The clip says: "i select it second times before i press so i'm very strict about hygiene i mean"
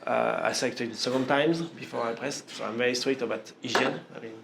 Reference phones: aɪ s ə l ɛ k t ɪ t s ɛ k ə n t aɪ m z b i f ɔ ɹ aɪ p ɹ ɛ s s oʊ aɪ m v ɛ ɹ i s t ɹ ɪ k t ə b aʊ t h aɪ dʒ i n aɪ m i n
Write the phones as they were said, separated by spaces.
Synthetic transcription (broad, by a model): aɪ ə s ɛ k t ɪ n s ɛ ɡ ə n t aɪ m z b i f ɔ ɹ aɪ p ɹ ɛ s s oʊ aɪ m v ɛ ɹ i s t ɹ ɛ t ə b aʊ t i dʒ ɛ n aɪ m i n